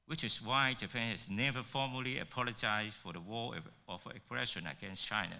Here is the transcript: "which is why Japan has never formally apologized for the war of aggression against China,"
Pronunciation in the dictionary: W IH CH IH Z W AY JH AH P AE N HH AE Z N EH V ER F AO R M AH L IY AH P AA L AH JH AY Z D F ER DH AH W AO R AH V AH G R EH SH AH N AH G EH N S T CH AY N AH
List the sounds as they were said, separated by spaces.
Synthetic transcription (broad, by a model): W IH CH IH S W AY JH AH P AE N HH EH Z N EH V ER F AO M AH L IY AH P AA L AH JH AY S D F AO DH AH W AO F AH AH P R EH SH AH N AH G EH N S CH AY N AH